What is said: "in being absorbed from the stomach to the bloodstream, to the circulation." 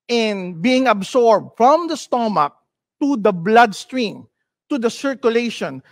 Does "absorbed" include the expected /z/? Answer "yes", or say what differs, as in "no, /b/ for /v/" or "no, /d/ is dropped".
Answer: no, /s/ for /z/